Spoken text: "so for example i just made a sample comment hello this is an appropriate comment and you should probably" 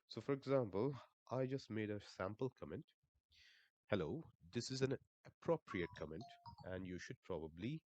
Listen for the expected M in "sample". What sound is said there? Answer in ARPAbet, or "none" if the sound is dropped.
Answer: M